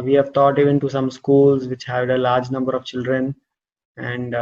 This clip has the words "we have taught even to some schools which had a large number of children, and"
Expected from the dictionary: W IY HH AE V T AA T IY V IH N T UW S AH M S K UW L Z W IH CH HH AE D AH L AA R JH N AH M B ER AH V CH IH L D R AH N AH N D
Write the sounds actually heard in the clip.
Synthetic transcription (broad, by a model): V IY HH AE V T AA T IY V IH N T UW S AH M S K UW L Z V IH CH HH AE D AH L AA R JH N AH M B ER AH V CH IH L D R AH N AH N D